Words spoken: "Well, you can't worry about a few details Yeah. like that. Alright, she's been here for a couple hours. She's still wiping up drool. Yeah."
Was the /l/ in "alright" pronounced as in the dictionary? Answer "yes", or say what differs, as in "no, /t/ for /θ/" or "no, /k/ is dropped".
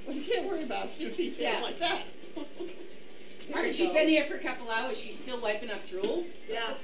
no, /l/ is dropped